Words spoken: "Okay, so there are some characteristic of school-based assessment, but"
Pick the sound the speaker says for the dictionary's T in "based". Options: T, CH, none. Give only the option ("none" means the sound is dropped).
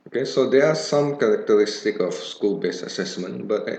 none